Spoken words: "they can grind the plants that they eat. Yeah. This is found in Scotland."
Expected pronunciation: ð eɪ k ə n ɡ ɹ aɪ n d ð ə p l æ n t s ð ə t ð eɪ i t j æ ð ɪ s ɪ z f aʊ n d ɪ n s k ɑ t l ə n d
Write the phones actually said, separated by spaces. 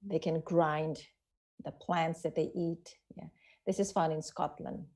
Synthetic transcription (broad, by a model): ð eɪ k ə n ɡ ɹ aɪ n d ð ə p l æ n t s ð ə t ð eɪ i t j æ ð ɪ s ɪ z f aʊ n ɪ n s k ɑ t l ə n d